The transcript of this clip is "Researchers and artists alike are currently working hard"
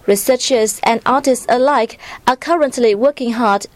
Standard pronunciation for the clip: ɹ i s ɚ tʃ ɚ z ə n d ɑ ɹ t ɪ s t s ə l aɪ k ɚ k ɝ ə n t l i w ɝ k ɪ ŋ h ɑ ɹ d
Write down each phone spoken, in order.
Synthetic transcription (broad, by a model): ɹ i s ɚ tʃ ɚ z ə n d ɑ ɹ t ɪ s t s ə l aɪ k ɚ k ɝ ə n t l i w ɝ k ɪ ŋ h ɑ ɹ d